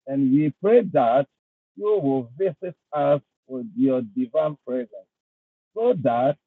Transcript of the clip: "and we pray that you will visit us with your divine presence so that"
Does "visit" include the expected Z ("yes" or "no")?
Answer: no